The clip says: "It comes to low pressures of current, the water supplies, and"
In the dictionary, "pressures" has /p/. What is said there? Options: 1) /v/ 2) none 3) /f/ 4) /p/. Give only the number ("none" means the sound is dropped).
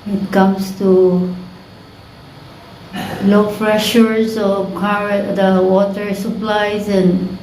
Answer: 3